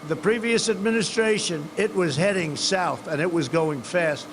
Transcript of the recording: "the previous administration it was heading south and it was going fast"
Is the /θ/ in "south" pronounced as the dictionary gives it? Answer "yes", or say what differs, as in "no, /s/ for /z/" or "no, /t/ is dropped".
yes